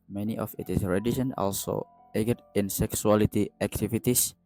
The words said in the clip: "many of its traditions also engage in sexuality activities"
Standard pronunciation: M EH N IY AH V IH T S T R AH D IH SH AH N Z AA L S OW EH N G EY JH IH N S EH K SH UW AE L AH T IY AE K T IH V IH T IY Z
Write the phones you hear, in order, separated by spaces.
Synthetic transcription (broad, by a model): M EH N IY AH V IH T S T R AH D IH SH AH N AA L S OW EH G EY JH IH N S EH K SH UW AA L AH T IY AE K T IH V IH T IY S